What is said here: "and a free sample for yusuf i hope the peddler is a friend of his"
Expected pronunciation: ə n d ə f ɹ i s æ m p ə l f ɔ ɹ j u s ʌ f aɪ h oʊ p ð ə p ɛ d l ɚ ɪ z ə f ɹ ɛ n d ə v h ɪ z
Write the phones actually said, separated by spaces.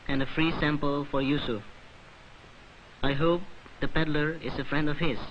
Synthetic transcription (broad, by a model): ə n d ə f ɹ i s æ m p ə l f ɔ ɹ j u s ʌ aɪ h oʊ p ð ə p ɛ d l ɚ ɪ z ə f ɹ ɛ n d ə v h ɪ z